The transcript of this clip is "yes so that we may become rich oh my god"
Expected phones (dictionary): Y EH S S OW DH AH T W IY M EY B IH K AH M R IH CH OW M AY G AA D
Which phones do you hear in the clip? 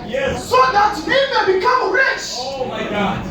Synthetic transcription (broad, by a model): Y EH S S OW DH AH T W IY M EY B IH K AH M R IH CH OW M AY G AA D